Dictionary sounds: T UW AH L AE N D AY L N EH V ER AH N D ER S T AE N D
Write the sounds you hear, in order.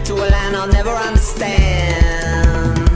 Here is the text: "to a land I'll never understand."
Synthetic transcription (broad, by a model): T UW AH L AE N AY L N EH V ER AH N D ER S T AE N